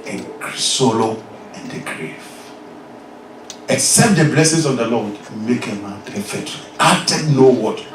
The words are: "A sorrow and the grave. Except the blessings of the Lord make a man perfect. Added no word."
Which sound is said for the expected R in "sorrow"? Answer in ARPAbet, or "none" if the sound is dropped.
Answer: L